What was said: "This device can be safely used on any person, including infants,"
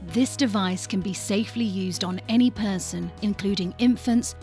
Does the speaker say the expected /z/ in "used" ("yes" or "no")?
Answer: yes